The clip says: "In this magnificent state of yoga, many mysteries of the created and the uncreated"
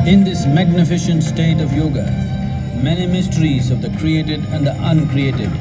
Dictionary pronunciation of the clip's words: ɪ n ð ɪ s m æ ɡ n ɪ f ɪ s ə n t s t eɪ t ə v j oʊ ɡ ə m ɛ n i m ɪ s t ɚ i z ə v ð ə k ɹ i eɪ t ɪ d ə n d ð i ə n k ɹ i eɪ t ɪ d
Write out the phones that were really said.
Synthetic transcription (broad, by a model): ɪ n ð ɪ s m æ ɡ n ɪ f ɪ ʃ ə n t s t eɪ t ə v j oʊ ɡ ə m ɛ n i m ɪ s t ɚ i z ə v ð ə k ɹ i eɪ t ɪ d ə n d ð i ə n k ɹ i eɪ t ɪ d